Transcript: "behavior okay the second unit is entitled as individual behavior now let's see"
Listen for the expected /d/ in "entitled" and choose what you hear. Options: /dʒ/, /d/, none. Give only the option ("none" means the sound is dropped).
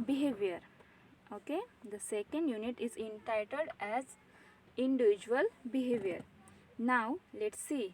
/d/